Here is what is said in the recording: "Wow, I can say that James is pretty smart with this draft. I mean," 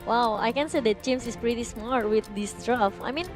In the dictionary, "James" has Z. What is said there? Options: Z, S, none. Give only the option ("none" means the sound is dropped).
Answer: S